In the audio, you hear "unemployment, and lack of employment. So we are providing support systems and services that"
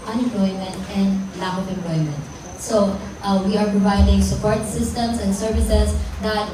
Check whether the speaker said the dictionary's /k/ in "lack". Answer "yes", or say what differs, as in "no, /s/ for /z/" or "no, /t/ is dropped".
no, /k/ is dropped